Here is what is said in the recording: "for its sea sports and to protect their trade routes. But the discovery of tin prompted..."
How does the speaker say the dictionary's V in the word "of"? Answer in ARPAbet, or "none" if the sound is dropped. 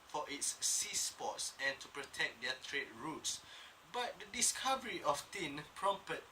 F